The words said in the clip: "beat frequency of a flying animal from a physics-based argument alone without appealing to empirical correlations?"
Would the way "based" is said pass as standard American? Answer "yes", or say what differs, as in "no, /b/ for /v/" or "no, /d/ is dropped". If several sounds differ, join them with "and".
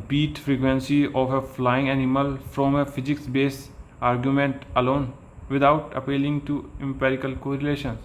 no, /t/ is dropped